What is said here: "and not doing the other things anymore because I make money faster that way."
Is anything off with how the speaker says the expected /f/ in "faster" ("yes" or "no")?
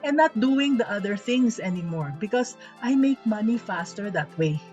no